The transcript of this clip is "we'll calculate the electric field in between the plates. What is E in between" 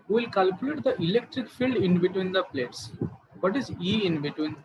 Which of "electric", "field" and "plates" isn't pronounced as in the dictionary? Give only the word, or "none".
none